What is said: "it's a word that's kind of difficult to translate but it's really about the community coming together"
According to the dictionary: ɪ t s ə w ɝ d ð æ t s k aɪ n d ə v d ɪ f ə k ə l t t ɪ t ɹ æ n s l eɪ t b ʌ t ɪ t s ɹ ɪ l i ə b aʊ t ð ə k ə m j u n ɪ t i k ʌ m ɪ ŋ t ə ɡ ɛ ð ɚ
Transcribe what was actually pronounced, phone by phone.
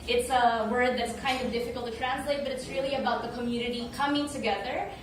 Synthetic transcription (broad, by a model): ɪ t s ə w ɝ d ð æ t s k aɪ n d ə v d ɪ f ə k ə l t t ɪ t ɹ æ n s l eɪ t b ʌ t ɪ t s ɹ ɪ l i ə b aʊ t ð ə k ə m j u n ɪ t i k ʌ m ɪ ŋ t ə ɡ ɛ ð ɚ